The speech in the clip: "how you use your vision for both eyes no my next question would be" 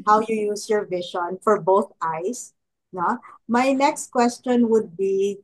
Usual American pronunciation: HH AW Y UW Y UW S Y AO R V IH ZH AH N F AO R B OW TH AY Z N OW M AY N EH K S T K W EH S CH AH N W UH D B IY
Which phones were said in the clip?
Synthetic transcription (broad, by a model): HH AW Y UW Y UW S Y AO R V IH SH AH N F AO R B OW TH AY S N OW M AY N EH K S T K W EH S CH AH N W UH D B IY